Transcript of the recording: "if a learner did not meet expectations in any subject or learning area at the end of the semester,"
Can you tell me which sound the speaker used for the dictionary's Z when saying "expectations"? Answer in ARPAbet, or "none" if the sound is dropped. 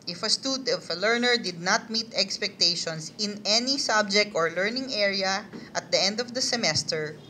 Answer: S